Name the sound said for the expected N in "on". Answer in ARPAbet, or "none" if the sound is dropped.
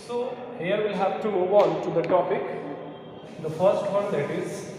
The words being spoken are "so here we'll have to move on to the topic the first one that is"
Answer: L